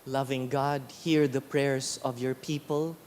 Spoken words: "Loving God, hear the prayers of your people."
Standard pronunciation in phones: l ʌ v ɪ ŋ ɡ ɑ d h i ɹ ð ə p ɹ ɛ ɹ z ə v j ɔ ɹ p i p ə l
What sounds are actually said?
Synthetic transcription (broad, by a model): l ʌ v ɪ ŋ ɡ ɑ d h i ɹ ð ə p ɹ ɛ ɹ s ə v j ɔ ɹ p i p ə l